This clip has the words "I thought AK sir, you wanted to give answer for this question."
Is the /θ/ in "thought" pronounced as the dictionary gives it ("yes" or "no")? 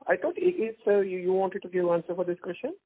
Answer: no